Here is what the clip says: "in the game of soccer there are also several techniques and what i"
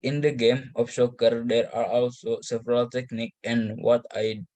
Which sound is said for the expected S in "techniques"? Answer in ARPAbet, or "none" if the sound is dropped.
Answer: none